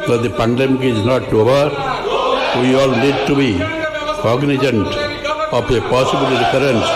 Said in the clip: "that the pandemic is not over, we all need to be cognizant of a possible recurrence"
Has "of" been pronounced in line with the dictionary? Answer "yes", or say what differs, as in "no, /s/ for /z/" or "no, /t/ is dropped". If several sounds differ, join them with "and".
no, /p/ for /v/